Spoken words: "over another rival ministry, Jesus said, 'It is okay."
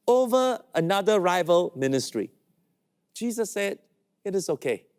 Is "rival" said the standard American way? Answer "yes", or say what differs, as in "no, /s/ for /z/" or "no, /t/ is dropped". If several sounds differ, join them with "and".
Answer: yes